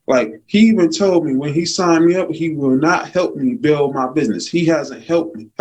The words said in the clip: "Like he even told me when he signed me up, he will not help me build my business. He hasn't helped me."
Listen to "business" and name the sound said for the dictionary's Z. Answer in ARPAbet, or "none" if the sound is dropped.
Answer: Z